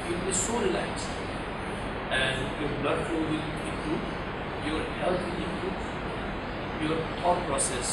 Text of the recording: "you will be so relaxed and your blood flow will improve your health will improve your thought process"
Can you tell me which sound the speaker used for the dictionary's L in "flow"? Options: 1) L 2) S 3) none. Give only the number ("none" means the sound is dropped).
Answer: 3